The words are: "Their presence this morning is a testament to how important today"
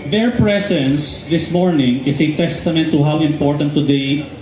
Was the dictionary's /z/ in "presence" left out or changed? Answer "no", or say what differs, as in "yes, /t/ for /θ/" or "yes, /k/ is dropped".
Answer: yes, /s/ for /z/